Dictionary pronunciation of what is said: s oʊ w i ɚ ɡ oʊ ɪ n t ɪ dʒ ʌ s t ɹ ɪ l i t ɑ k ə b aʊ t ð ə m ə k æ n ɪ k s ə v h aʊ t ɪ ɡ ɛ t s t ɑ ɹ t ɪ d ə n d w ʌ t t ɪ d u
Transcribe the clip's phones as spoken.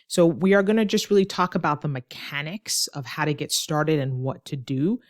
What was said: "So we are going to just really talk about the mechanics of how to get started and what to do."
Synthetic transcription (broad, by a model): s oʊ w i ɚ ɡ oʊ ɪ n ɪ dʒ ʌ s t ɹ ɪ l i t ɑ k ə b aʊ t ð ə m ə k æ n ɪ k s ə v h aʊ t ɪ ɡ ɛ t s t ɑ ɹ t ɪ d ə n w ʌ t t ɪ d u